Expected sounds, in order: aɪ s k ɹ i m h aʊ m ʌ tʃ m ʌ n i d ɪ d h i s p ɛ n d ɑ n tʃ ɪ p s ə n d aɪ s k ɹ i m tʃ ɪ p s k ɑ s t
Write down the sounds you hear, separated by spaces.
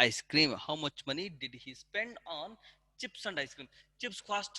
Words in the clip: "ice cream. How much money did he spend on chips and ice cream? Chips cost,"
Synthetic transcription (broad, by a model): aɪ s k ɹ i m h aʊ m ʌ tʃ m ʌ n i d ɪ d h i s p ɛ n d ɑ n tʃ ɪ p s ə n d aɪ s k ɹ i m tʃ ɪ p s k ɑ s t